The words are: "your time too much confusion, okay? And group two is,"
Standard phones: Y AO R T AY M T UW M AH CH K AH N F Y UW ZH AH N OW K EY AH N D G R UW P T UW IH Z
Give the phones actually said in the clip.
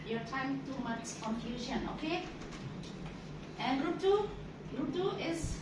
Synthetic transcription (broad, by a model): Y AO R T AY M T UW M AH S K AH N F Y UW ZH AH N OW K EY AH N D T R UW T UW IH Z